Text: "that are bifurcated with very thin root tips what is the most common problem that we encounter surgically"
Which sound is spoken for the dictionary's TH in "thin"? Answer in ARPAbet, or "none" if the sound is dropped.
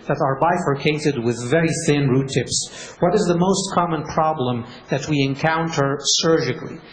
TH